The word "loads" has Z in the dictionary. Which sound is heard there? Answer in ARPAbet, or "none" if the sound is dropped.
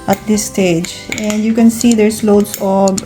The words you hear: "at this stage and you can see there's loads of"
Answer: S